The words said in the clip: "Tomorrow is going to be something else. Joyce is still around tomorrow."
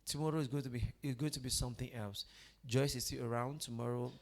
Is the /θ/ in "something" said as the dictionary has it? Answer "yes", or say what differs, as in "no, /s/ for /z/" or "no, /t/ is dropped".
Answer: yes